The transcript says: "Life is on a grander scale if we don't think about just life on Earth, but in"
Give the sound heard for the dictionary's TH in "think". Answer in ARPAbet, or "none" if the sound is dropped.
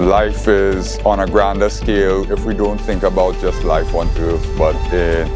TH